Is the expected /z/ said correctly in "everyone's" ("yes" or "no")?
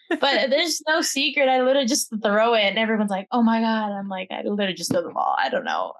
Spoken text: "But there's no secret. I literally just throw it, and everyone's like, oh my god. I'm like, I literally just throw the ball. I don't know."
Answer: yes